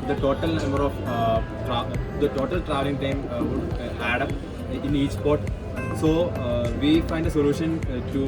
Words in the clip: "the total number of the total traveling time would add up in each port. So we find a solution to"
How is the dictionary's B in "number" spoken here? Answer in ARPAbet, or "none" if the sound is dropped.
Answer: none